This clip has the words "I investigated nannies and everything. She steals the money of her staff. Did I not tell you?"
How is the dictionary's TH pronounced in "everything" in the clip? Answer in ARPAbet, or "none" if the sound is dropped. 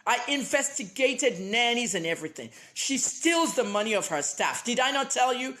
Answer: TH